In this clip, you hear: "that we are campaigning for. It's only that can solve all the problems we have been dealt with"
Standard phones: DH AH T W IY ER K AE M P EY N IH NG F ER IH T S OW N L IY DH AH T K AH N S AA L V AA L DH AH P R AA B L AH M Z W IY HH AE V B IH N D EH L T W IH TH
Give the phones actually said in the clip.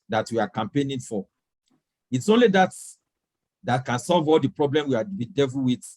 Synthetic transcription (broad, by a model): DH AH T W IY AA K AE M P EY N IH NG F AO IH T S OW N L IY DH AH T K AH N S AA L V AA L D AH P R AA B L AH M W IY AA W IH D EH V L W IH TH